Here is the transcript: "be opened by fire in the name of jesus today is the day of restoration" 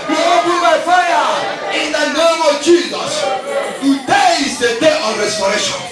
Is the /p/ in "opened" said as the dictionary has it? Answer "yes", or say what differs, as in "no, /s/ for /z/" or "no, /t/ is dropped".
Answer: no, /b/ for /p/